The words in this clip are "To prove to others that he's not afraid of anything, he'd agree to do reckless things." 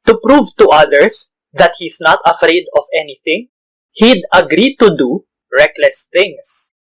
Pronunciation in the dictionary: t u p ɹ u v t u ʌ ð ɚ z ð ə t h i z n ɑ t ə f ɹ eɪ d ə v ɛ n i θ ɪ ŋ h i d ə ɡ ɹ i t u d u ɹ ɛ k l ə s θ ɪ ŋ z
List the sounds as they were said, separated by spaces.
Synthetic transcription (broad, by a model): t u p ɹ u v t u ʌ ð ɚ s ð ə t h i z n ɑ t ə f ɹ eɪ d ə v ɛ n i θ ɪ ŋ h i d ə ɡ ɹ i t u d u ɹ ɛ k l ə s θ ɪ ŋ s